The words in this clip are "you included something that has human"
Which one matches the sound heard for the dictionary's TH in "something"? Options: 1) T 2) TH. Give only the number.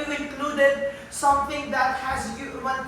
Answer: 1